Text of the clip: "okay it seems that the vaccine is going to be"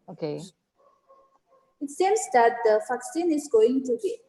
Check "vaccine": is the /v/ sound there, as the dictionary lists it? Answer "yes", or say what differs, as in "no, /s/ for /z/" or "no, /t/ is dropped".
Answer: no, /f/ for /v/